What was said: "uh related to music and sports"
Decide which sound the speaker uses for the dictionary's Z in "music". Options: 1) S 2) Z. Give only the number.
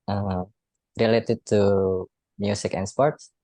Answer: 1